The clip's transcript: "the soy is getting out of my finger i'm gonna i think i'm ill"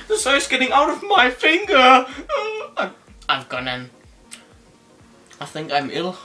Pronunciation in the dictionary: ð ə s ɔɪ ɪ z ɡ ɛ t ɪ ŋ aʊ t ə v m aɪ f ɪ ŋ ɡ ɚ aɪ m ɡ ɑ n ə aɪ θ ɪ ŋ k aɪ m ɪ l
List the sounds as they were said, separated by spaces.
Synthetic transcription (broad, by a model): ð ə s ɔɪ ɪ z ɡ ɛ t ɪ ŋ aʊ t ə v m aɪ f ɪ ŋ ɡ ɚ aɪ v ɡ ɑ n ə aɪ θ ɪ ŋ k aɪ m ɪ l